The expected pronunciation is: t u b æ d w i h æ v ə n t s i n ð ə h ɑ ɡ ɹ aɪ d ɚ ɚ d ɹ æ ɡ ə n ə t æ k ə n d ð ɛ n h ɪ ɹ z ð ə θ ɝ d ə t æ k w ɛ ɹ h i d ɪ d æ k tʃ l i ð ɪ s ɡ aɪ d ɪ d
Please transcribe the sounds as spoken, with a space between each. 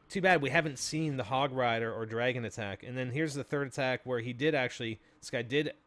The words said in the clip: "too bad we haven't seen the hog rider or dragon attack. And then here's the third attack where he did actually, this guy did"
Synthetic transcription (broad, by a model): t u b æ d w i h æ v ə n t s i n ð ə h ɑ ɡ ɹ aɪ d ɚ ɚ d ɹ æ ɡ ə n ə t æ k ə n ð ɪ n h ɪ ɹ z ð ə θ ɝ d ə t æ k w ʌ ɹ i d ɪ d æ k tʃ i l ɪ s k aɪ d ɪ d